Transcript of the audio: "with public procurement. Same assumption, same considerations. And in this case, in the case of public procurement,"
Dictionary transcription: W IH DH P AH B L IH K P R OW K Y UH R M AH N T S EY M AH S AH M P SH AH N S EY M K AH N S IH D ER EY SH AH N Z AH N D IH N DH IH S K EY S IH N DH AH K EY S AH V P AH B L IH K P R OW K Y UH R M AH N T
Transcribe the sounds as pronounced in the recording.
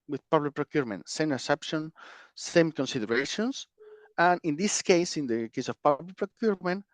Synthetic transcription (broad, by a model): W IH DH P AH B L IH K P R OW K Y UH R M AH N T S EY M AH S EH P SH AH N S EY M K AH N S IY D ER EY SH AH N S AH N IH N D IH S K EY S IH N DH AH K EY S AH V P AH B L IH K P R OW K Y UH R M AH N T